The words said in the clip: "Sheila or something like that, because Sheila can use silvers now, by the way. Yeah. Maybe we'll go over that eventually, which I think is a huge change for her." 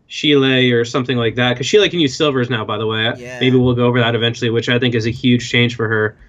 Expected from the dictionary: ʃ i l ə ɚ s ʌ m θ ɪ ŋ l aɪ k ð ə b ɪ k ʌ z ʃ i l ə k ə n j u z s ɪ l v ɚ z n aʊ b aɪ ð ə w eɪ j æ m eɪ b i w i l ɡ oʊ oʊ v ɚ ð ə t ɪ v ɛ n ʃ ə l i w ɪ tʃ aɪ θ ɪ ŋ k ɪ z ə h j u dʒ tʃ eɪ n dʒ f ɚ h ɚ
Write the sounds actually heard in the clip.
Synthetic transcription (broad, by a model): ʃ i l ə ɚ s ʌ m θ ɪ ŋ l aɪ k ð ə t k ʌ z ʃ i l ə k ə n j u z s ɪ l v ɚ z n aʊ b aɪ ð ə w eɪ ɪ m eɪ b i w i l ɡ oʊ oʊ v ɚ ð ə t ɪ v ɛ n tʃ l i w ɪ tʃ aɪ θ ɪ ŋ k ɪ z ə h j u dʒ tʃ eɪ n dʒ f ɚ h ɚ